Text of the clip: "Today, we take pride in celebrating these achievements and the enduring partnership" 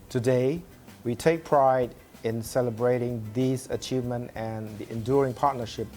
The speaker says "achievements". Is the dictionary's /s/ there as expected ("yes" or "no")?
no